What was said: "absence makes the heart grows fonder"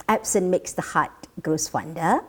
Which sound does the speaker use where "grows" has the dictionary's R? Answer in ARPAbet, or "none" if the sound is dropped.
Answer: none